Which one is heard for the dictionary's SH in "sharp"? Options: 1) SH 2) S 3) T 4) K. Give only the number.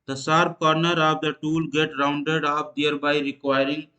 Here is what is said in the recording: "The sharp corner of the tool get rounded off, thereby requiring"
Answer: 2